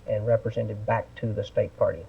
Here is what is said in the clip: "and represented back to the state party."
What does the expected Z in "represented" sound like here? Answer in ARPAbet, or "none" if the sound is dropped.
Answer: Z